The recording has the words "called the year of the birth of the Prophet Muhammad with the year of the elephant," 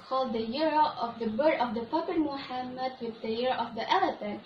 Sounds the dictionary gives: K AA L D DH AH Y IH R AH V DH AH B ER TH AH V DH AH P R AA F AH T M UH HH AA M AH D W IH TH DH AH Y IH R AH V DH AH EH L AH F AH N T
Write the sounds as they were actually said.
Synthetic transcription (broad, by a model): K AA L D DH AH Y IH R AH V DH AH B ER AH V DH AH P AA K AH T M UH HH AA M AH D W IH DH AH Y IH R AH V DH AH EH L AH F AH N